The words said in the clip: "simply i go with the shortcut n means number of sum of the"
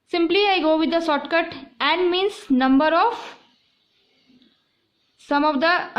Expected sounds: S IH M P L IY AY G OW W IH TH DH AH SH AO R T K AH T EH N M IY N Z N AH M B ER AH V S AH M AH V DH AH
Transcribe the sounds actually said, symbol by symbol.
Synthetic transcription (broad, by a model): S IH M P L IY AY G OW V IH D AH S AO T K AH T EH N M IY N S N AH M B ER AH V S AH M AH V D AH